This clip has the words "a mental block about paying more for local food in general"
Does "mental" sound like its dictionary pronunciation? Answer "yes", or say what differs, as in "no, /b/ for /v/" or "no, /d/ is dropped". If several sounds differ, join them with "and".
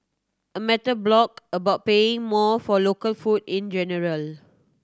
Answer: no, /n/ is dropped